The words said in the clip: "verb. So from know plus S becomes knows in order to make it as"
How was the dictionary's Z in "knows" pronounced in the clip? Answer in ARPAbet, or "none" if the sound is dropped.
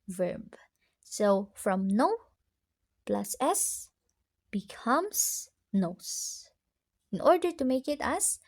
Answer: S